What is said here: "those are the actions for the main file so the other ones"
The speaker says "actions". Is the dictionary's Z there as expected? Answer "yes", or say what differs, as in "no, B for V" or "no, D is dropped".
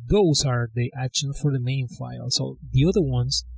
no, Z is dropped